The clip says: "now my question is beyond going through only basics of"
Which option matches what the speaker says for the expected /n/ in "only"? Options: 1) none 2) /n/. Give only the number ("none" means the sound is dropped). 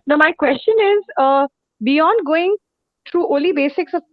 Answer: 1